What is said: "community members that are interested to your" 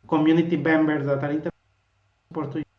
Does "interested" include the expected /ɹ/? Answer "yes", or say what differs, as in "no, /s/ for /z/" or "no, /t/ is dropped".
no, /ɹ/ is dropped